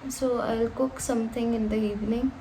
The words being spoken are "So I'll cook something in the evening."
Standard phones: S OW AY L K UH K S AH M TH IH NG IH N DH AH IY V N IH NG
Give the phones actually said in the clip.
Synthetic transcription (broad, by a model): S OW AY L K UH K S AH M T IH NG IH N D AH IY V N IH NG